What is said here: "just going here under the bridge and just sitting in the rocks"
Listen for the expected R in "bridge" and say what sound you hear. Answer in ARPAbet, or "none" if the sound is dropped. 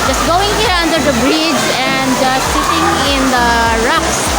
R